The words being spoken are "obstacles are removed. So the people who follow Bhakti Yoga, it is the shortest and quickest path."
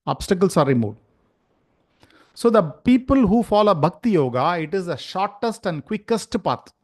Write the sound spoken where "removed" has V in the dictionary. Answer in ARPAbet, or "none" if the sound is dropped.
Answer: none